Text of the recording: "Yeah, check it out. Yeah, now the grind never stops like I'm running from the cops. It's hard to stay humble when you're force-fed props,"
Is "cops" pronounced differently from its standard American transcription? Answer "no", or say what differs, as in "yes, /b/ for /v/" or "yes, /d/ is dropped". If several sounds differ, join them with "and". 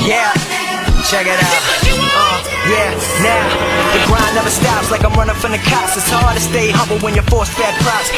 yes, /p/ is dropped